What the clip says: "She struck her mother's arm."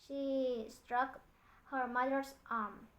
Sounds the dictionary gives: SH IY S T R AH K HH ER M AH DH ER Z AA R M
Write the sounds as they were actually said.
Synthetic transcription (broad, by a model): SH IY S T R AH K HH ER M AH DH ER S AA R M